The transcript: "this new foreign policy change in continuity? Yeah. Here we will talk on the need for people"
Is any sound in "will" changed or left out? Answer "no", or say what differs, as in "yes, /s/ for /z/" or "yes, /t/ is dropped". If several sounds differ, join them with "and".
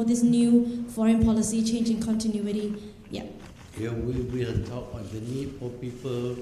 yes, /n/ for /l/